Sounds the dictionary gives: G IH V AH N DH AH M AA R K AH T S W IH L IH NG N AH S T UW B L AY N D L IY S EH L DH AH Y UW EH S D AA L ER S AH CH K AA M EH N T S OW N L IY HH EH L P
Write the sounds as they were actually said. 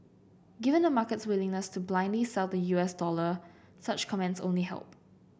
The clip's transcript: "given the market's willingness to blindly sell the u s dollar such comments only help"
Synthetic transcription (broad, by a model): G IH V AH N AH M AA K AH T S W IH L IH NG N AH S T UW B L AY N D L IY S EH L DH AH Y UW EH S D AA L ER S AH CH K AA M EH N T S OW N L IY HH EH L P